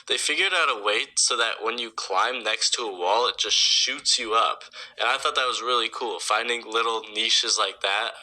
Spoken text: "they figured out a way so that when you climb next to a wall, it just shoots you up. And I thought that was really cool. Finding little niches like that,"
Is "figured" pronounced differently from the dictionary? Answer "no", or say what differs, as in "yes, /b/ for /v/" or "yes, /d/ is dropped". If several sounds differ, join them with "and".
no